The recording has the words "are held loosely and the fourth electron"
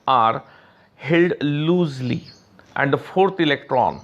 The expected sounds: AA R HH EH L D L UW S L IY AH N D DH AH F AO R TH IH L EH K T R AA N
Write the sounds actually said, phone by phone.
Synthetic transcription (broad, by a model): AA R HH EH L D L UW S L IY AH N D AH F AO R T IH L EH K T R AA N